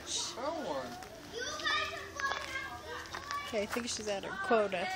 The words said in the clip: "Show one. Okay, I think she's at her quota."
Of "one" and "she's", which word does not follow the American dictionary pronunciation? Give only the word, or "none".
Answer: one